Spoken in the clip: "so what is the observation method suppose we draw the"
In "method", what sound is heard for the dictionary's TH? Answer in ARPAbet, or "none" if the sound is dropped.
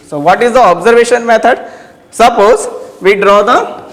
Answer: T